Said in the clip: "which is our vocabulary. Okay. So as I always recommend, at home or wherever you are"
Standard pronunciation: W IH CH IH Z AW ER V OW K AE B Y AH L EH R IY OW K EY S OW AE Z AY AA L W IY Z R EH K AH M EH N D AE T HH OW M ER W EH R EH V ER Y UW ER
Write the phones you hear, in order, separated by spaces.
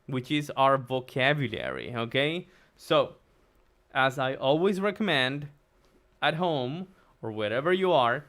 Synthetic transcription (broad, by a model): W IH CH IH Z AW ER V OW K AE B Y AH L EH R IY OW K EY S OW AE Z AY AA L W IY Z R EH K AH M EH N D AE T HH OW M ER W EH R EH V ER Y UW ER